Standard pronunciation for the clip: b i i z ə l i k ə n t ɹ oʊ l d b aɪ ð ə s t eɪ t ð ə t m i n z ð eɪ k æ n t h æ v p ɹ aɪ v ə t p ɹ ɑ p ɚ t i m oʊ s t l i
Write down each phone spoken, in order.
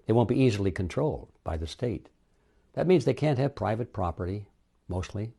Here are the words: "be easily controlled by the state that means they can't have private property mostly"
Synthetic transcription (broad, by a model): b i i z l i k ə n t ɹ oʊ l d b aɪ ð ə s t eɪ t ð ə t m i n z ð eɪ k æ n t h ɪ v p ɹ aɪ v ə t p ɹ ɑ p ɚ t i m oʊ s t l i